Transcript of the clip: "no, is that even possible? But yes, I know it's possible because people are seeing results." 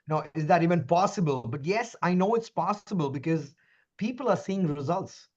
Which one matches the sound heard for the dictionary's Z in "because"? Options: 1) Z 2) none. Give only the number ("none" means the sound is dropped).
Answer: 1